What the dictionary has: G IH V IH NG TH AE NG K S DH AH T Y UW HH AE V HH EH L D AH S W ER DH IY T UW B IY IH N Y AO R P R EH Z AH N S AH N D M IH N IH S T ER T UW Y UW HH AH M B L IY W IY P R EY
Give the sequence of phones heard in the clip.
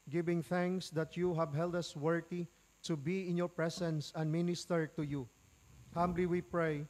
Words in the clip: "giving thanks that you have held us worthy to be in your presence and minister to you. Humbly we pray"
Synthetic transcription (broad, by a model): G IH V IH NG TH AE NG K S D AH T Y UW HH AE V HH EH L D AH S W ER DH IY T UW B IY IH N Y AO R P R EH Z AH N S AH N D M IH N IH S T ER T UW Y UW HH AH M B L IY W IY P R EY